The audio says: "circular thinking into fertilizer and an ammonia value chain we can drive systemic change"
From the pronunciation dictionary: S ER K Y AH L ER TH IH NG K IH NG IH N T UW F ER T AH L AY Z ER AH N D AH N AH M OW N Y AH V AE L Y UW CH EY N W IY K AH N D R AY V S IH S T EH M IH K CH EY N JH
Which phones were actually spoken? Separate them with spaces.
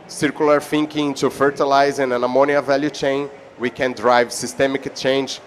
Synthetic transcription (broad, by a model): S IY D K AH L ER F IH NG K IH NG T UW F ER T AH L AY Z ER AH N AH N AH M OW N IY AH V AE L Y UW CH EY N W IY K AH N D R AY V S IH S T EH M IH K CH EY N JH